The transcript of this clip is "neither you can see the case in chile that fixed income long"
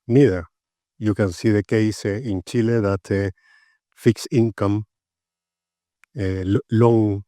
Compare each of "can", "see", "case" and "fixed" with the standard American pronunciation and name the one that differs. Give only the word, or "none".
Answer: fixed